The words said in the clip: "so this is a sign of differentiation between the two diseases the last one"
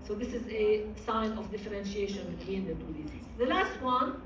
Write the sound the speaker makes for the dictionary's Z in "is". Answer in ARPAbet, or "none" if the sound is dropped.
Z